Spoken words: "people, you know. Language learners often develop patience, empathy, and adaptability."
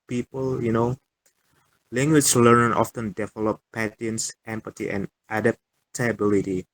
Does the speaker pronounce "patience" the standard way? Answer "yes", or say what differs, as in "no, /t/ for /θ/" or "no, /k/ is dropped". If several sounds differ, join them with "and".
no, /ʃ/ is dropped